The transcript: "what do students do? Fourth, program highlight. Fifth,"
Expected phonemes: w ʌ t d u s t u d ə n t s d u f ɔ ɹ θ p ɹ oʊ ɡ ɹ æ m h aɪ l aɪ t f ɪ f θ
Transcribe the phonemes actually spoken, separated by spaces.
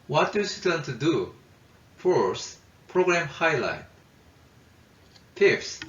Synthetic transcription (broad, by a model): w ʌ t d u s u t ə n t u d u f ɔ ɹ s p ɹ oʊ ɡ ɹ æ m h aɪ l aɪ t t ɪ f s